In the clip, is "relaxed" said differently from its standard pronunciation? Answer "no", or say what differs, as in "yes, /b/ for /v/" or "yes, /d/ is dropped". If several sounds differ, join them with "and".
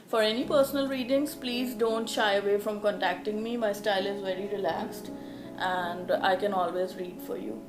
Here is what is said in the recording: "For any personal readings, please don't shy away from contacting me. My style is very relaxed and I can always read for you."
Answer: no